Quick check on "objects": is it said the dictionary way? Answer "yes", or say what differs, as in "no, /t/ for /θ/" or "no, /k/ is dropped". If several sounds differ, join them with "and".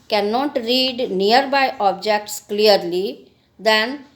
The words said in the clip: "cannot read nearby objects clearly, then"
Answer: yes